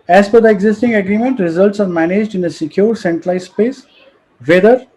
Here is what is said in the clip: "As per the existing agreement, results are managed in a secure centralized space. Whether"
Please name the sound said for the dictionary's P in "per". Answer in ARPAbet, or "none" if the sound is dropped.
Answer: F